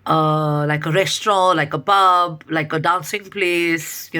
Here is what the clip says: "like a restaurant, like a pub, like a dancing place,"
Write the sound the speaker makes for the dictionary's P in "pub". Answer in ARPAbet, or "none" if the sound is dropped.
B